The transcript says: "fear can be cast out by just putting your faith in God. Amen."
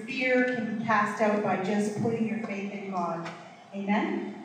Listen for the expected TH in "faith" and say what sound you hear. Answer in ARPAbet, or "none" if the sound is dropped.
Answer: TH